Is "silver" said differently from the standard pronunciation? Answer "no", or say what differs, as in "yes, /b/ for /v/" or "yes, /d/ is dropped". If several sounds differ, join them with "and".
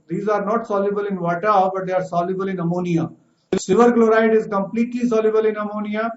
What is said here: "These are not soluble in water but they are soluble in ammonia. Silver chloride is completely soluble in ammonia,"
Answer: yes, /l/ is dropped